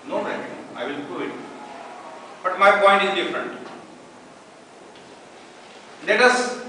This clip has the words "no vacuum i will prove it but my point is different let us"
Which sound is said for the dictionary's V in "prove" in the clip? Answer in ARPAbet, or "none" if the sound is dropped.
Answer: none